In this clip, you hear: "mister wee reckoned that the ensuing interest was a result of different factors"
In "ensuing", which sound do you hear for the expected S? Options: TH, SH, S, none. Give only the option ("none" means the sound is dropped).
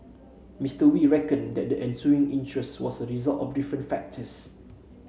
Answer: S